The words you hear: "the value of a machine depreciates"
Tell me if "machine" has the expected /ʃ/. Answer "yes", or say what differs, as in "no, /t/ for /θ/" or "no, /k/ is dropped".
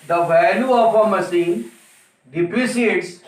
no, /s/ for /ʃ/